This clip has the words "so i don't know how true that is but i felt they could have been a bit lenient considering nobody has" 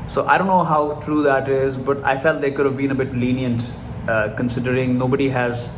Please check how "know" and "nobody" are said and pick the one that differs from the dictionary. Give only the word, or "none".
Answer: none